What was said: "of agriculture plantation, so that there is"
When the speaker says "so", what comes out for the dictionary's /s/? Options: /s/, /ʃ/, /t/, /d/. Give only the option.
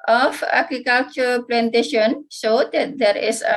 /ʃ/